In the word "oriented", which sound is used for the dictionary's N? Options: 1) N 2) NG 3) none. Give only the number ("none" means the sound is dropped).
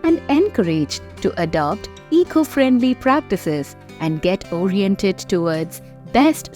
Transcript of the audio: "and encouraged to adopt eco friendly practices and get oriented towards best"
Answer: 1